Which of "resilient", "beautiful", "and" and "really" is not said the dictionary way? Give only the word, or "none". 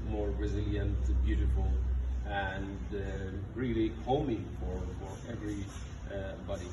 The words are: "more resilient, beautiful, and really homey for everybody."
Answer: none